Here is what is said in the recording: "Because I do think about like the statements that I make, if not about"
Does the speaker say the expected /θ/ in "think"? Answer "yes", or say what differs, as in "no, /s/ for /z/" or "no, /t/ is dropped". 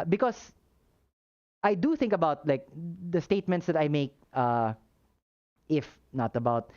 yes